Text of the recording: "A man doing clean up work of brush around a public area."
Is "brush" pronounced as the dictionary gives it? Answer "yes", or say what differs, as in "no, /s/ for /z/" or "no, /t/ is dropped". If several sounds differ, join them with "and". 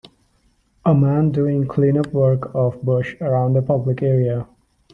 no, /ɹ/ is dropped